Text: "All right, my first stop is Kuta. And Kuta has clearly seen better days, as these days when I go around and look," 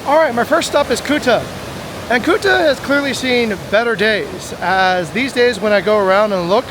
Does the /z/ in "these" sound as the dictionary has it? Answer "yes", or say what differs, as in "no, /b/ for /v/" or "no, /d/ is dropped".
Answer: yes